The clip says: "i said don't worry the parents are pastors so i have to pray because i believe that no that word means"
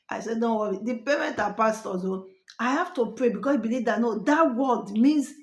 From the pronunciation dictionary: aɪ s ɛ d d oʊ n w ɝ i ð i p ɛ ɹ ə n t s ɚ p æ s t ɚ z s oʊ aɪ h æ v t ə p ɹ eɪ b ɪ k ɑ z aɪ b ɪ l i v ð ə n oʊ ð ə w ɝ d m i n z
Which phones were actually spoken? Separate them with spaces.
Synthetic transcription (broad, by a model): aɪ s ɛ d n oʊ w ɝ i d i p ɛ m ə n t ɑ p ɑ s t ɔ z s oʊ aɪ h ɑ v t ə p ɹ eɪ b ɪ k ɑ s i b ɪ l i v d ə n oʊ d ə w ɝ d m i n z